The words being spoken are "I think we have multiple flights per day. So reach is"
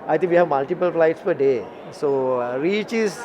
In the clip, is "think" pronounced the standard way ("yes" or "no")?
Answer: no